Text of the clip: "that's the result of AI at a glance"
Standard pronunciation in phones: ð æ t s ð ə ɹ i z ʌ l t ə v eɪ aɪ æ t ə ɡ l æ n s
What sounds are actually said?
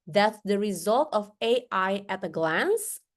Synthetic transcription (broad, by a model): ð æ t s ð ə ɹ i z ʌ l t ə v eɪ aɪ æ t ə ɡ l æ n s